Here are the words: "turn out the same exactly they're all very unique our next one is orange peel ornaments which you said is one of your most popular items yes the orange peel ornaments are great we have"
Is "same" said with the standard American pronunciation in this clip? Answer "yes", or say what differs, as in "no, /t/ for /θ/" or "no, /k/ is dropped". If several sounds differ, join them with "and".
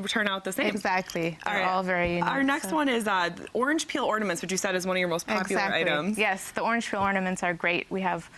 no, /m/ is dropped